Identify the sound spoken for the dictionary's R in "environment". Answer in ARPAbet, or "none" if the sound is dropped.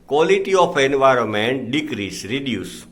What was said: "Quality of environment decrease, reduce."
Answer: R